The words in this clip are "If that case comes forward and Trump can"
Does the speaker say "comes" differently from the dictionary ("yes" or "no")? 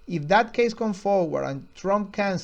yes